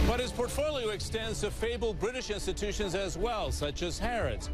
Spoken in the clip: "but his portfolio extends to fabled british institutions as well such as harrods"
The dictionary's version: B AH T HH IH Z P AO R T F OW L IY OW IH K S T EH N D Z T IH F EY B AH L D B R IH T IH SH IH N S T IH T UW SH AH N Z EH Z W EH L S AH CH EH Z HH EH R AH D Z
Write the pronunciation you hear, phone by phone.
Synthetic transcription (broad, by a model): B AH T HH IH Z P AO R T F OW L IY OW IH K S T EH N D Z T IH F EY B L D B R IH T IH SH IH N S T IH T UW SH AH N Z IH Z W EH L S AH CH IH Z HH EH R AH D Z